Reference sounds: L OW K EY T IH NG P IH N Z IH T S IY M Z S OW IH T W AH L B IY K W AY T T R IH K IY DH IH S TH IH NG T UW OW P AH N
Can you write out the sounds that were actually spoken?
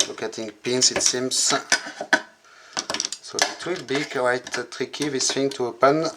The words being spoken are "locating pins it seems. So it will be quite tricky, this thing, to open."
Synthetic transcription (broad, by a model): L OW K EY T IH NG P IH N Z IH T S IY M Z S OW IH T W AH L B IY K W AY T T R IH K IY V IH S F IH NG T UW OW P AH N